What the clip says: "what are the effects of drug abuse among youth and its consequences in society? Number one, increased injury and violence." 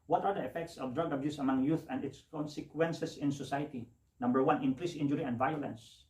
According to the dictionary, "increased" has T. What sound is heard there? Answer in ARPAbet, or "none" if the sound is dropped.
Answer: none